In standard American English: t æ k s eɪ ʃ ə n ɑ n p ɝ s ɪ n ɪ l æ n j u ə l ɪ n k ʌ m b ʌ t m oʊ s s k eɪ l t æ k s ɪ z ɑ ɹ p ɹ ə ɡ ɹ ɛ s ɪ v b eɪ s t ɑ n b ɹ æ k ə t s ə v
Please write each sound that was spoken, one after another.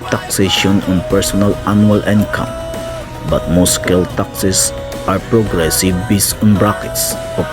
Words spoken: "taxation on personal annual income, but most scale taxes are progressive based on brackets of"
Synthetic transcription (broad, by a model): t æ k s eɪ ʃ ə n ɑ n p ɝ s ɪ n ɪ l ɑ n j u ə l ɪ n k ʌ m b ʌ t m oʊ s s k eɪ l t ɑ k s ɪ s ɑ ɹ p ɹ ə ɡ ɹ ɛ s ɪ v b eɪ s ɑ n b ɹ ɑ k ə t s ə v